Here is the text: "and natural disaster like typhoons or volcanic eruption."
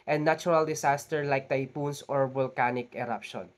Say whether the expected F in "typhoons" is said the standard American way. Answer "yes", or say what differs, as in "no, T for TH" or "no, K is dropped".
no, P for F